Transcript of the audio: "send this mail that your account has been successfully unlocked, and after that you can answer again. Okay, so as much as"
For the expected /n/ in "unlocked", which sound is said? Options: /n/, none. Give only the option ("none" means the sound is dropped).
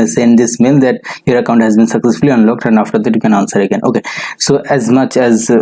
/n/